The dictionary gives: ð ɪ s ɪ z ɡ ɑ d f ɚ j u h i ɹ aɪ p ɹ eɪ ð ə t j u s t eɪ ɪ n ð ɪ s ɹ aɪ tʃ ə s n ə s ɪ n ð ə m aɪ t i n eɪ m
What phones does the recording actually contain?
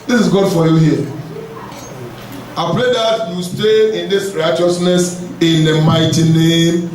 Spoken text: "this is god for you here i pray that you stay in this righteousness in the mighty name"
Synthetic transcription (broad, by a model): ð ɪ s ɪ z ɡ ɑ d f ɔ j u h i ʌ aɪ p l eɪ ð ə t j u s t eɪ ɪ n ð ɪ s ɹ aɪ tʃ ə s n ə s ɪ n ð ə m aɪ t i n eɪ m